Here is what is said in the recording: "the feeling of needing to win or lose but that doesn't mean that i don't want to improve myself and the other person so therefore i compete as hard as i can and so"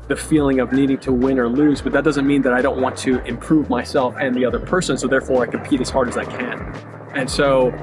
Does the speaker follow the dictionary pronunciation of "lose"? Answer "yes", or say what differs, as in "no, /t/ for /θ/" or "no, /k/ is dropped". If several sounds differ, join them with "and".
yes